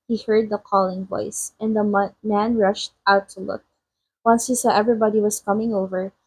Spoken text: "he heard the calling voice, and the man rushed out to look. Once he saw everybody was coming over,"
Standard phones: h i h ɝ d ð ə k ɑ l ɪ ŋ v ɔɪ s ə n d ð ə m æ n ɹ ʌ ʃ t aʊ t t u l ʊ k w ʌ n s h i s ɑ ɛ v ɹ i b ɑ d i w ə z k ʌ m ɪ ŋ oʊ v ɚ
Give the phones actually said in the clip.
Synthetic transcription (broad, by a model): h i h ɝ d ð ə k ɑ l ɪ ŋ v ɔɪ s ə n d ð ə m æ n ɹ ʌ ʃ t aʊ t t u l ʊ k w ʌ n s h i s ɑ ɛ v ɹ i b ɑ d i w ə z k ʌ m ɪ ŋ oʊ v ɚ